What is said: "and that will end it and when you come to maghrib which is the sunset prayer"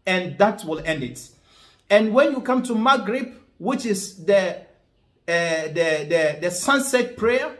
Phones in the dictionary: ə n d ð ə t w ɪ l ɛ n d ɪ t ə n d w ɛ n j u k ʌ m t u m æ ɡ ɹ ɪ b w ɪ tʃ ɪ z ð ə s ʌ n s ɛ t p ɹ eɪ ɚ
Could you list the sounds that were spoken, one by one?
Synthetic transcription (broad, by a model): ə n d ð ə t w ɪ l ɛ n d ɪ t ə n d w ɛ n j u k ʌ m t u m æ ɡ ɹ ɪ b w ɪ tʃ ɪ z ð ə s ʌ n s ɛ t p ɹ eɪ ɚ